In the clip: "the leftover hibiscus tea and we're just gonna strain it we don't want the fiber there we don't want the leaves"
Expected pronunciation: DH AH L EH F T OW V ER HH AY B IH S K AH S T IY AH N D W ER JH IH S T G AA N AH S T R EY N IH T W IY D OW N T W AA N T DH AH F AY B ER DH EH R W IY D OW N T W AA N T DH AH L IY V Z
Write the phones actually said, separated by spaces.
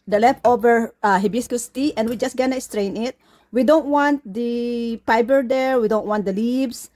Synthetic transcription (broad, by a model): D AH L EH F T OW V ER HH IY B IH S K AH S T IY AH N W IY JH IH S G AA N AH S T R EY N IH T W IY D OW N T W AA N T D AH P AY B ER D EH R W IY D OW N T W AA N T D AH L IY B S